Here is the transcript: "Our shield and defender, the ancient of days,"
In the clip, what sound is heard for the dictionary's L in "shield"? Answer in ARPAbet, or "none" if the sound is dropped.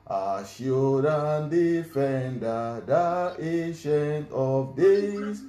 none